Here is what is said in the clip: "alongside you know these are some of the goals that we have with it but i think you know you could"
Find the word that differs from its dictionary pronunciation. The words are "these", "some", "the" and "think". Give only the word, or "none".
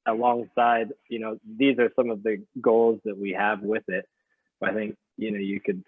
none